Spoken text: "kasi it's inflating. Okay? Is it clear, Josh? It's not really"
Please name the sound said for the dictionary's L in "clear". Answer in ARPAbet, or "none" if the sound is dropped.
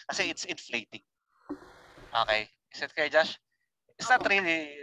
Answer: none